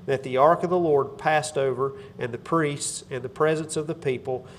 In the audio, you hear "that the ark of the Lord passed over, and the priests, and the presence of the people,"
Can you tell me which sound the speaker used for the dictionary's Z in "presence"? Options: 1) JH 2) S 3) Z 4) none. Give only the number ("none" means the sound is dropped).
3